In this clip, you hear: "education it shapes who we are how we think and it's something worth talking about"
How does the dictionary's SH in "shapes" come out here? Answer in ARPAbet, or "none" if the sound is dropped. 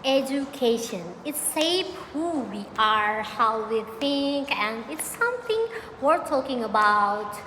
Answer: S